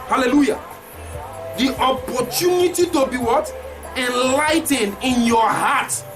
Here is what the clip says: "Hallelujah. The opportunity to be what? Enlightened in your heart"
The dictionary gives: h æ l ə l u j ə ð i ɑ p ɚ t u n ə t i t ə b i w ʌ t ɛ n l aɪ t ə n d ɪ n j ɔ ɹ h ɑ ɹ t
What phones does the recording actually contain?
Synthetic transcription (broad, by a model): h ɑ l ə l u j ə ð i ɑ p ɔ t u n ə t i t ə b i w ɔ t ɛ n l aɪ t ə n ɪ n j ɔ h ɑ t